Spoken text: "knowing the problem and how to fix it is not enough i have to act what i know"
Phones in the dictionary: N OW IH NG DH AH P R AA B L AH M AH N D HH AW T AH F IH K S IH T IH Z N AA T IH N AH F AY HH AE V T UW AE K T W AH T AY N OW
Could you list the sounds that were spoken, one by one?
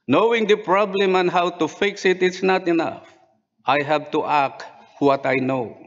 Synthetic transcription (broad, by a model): N OW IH NG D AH P R AA B L AH M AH N HH AW T AH F IH K S IH T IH S N AA T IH N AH F AY HH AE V T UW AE K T W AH T AY N OW